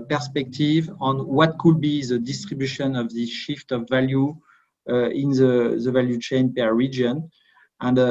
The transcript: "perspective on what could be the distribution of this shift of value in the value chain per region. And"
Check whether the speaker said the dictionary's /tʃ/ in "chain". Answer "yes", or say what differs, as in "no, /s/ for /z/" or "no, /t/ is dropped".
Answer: yes